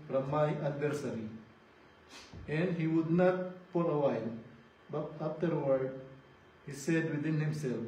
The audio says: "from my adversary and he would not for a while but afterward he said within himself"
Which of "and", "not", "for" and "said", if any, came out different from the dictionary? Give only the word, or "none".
for